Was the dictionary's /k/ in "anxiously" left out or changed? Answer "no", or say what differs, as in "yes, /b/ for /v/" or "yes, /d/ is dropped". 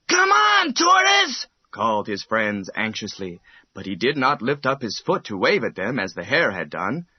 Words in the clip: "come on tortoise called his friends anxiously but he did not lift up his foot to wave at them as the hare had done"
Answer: no